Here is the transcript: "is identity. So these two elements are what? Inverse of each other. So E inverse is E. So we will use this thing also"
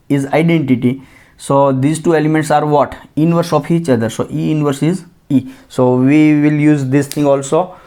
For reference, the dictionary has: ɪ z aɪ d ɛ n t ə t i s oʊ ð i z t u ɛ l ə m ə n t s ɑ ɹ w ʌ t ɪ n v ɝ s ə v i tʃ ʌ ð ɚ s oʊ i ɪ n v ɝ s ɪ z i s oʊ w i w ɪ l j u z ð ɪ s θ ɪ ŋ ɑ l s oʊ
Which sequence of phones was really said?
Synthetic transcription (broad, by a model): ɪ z aɪ d ɛ n t ə t i s oʊ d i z t u ɛ l ə m ə n t s ɑ ɹ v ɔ t ɪ n v ɝ s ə f i tʃ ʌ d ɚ s oʊ i ɪ n v ɝ s ɪ z i s oʊ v i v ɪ l j u z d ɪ s t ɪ ŋ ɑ l s oʊ